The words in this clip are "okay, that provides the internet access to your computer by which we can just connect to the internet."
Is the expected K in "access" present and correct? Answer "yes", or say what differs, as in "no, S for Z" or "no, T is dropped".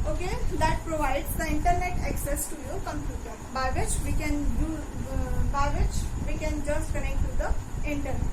yes